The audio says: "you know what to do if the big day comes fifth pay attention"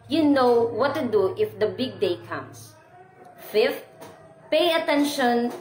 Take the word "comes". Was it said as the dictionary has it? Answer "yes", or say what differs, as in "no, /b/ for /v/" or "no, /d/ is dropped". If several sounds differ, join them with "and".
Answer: no, /s/ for /z/